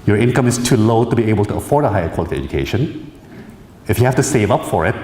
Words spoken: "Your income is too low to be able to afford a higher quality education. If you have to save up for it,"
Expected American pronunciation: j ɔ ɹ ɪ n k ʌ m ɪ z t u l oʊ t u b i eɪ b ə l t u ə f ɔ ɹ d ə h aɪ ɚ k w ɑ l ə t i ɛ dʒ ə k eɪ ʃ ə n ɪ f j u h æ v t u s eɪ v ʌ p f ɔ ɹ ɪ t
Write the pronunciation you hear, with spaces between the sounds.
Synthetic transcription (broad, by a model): j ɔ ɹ ɪ n k ʌ m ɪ s t u l oʊ t u b i eɪ b ə l t u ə f ɔ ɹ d ə h aɪ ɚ k w ɑ l ə t i ɛ dʒ ə k eɪ ʃ ə n ɪ f j u h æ f t u s eɪ v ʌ p f ɔ ɹ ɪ t